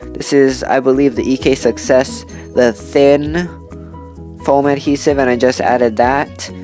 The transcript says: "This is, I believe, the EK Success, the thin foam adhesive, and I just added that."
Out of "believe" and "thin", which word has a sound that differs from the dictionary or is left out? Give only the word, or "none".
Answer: none